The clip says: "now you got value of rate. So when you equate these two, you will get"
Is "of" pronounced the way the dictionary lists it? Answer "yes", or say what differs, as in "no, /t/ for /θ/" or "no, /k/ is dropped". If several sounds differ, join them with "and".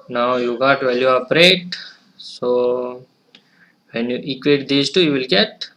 no, /p/ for /v/